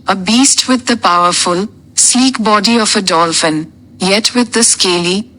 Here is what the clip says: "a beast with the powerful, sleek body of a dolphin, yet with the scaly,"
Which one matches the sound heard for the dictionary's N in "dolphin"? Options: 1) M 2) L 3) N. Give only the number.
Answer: 3